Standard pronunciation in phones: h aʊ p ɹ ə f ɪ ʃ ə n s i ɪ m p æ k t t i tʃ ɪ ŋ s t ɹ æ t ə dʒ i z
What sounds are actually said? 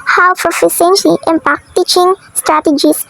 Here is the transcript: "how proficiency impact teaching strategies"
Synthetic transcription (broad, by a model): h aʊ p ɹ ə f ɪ s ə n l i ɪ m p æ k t t i tʃ ɪ ŋ s t ɹ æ t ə dʒ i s